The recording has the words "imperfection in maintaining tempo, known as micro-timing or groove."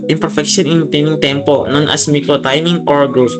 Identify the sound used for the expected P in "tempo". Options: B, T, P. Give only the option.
P